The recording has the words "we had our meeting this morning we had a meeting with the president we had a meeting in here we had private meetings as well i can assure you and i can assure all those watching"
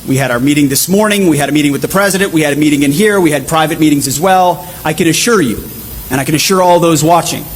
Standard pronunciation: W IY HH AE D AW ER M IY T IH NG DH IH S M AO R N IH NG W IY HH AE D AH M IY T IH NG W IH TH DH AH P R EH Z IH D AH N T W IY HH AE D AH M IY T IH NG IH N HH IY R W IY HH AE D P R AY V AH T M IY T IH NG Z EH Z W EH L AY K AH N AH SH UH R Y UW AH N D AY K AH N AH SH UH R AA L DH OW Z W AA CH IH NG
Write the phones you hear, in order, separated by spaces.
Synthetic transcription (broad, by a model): W IY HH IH D AW ER M IY T IH NG DH IH S M AO R N IH NG W IY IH D AH M IY T IH NG W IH DH AH P R EH Z IH D AH N T W IY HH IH D AH M IY T IH NG IH N HH IY R W IY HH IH D P R AY V AH T M IY T IH NG Z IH Z W EH L AY K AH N AH SH UH R Y UW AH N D AY K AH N AH SH UH R AA L DH OW Z W AA CH IH NG